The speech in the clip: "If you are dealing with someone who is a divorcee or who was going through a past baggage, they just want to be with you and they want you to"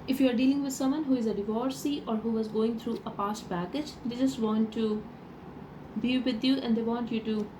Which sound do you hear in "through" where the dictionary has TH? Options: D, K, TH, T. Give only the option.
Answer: T